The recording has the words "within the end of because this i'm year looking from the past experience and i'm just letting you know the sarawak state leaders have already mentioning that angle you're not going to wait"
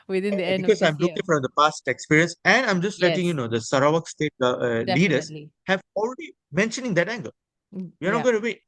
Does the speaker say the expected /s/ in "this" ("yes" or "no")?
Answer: no